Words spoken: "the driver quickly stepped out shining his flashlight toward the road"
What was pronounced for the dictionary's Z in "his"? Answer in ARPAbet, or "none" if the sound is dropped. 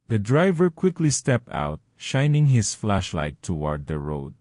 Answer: S